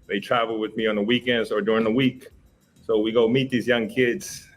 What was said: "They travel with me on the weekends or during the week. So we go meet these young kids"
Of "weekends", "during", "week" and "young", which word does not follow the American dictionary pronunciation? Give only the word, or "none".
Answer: weekends